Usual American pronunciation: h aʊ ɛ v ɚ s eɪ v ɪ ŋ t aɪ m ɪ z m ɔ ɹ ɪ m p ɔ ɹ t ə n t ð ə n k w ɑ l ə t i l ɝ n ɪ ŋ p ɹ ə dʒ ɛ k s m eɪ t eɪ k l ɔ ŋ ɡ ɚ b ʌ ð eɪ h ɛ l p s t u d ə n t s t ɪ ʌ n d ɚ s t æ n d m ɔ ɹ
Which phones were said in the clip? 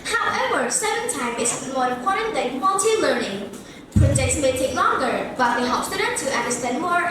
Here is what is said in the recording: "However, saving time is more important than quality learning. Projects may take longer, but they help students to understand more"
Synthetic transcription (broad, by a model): h aʊ ɛ v ɚ s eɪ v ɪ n t aɪ m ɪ s m ɔ ɹ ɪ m p ɔ ɹ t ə n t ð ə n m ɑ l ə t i l ɝ n ɪ ŋ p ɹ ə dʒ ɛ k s m eɪ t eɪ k l ɔ ŋ ɡ ɚ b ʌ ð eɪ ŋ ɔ p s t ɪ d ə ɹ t t ɪ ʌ n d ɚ s t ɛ n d m ɔ ɹ